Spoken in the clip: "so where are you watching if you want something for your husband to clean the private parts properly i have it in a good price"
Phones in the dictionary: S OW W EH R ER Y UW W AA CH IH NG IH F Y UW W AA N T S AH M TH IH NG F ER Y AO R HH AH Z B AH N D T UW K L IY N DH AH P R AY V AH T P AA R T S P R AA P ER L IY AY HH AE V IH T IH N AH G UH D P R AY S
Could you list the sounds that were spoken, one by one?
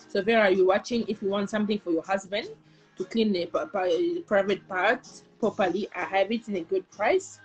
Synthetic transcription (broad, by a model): S OW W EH R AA Y UW W AA CH IH NG IH F Y UW W AA N T S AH M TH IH NG F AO Y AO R HH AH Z B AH N D T UW K L IY N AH P R AY V AH T P AA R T P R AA P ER L IY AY HH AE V IH T IH N AH G UH D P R AY S